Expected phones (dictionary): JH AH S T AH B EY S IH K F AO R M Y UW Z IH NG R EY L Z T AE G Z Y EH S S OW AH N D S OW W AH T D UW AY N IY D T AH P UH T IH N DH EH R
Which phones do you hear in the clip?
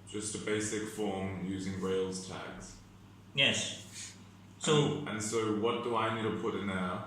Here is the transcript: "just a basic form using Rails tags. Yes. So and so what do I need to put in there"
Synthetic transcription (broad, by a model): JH AH S T AH B EY S IH K F AO R M Y UW Z IH NG R EY L Z T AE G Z Y EH S S OW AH N S OW W AH T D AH AY N IY D T AH P UH T IH N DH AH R